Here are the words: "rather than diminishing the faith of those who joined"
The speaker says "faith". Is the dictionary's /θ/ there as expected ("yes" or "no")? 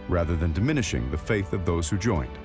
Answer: yes